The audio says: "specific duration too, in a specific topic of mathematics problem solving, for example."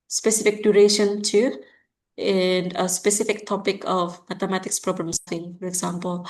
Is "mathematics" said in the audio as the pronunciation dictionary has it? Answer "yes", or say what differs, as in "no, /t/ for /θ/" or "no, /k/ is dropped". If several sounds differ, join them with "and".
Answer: no, /t/ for /θ/